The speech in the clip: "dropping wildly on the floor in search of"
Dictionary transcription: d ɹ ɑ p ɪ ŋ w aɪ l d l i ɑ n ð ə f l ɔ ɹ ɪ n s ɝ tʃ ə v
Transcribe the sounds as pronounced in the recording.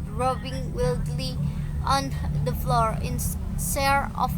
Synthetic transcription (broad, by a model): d ɹ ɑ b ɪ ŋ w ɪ l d l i ɑ n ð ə f l ɔ ɹ ɪ n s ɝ ə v